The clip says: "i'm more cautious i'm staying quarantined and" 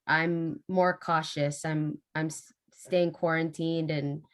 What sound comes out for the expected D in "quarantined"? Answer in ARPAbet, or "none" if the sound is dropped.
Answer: D